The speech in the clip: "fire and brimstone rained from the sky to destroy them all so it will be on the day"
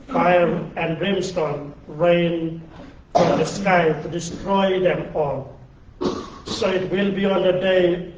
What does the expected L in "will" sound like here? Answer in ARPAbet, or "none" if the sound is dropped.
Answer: L